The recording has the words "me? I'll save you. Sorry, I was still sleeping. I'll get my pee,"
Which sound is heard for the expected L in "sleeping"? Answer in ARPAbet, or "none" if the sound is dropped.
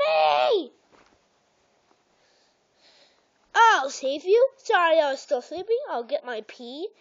L